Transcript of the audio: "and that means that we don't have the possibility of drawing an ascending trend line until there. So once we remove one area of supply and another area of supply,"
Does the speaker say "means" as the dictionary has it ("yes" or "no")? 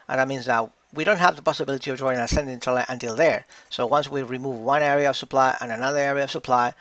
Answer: yes